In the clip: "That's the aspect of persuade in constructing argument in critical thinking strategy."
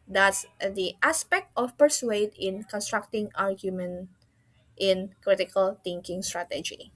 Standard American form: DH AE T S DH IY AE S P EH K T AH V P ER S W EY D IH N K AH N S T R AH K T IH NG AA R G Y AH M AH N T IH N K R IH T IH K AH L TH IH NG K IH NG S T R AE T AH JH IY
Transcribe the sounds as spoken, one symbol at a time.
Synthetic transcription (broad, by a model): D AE T S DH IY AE S P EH K T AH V P ER S W EY D IH N K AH N S T R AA K T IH NG AA R G Y AH M AH N T IH N K R IH T IH K AH L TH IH NG K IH NG S T R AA T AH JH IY